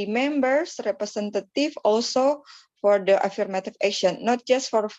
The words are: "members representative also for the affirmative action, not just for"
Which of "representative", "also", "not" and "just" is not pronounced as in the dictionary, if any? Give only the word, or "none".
representative